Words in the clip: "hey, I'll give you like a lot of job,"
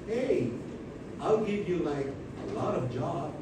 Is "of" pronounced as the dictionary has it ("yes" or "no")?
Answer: yes